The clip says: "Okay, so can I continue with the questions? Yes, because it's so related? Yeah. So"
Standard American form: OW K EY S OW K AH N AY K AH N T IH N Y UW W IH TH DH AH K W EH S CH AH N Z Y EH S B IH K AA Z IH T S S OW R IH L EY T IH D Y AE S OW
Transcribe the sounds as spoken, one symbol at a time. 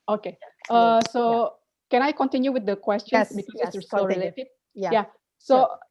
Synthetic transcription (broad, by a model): OW K EY S OW K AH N AY K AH N T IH N Y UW W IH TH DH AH K W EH S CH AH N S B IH K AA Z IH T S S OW L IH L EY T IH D Y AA S OW